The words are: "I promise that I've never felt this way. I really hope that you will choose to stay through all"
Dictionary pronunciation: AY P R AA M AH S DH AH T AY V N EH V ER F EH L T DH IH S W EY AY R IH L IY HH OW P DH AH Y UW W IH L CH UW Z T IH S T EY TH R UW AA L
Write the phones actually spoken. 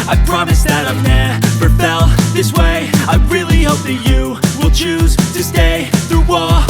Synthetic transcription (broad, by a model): AY P R AA M AH S DH AH T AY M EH P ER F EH L DH IH S W EY AY R IH L IY HH OW P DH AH Y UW W IH L CH UW Z T IH S T EY TH R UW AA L